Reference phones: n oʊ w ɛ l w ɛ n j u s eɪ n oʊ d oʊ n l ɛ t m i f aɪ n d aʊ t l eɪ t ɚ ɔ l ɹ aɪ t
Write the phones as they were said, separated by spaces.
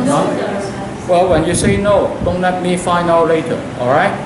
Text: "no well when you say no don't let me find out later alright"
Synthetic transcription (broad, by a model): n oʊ w ɛ l w ɛ n j u s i n oʊ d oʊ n l ɛ t m i f aɪ n aʊ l l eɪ t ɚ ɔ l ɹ aɪ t